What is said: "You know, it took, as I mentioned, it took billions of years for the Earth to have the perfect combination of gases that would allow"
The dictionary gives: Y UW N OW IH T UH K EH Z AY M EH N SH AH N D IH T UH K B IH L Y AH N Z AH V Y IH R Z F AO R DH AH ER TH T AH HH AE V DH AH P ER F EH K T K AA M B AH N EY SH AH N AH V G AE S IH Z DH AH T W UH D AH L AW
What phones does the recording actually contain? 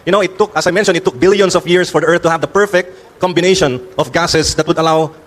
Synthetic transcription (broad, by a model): Y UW N OW IH T UH K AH S AY M EH N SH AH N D IH T UH K B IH L Y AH N S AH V Y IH R S F AO R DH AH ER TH T AH HH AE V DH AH P ER F EH K T K AA M B AH N EY SH AH N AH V G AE S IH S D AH T W UH D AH L AW